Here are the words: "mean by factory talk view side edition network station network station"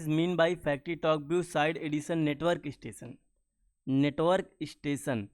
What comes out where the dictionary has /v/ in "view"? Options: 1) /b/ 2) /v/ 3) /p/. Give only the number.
1